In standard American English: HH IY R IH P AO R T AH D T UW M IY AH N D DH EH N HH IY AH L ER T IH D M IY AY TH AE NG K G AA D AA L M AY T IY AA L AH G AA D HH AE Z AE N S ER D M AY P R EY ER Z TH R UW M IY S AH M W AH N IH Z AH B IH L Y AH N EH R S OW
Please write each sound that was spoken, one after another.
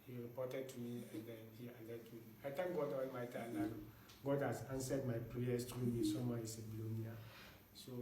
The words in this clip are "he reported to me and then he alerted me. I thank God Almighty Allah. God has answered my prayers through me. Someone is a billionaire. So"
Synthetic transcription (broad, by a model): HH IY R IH P AO T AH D T UW M IY AH N D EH N HH IY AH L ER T M IY AY T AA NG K G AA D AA M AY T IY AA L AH G AA D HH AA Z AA N S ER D M AY P R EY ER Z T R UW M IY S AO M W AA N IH S AH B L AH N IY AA S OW